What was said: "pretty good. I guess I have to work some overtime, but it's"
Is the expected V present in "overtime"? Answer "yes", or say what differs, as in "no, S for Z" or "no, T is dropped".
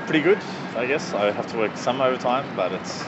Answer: yes